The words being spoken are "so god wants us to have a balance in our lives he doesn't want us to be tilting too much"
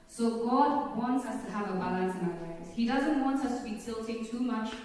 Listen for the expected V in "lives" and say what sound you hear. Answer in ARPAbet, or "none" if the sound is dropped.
none